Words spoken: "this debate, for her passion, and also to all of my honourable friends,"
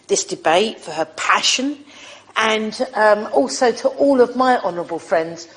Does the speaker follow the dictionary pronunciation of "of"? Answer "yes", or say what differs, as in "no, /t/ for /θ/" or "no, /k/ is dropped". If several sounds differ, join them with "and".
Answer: yes